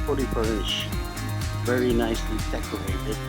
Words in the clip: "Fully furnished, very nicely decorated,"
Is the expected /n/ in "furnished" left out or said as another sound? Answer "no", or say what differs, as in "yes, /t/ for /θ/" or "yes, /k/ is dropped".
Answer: yes, /n/ is dropped